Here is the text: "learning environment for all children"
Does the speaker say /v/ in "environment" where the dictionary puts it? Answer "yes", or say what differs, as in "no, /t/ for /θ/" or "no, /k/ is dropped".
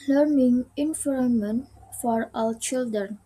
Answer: no, /f/ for /v/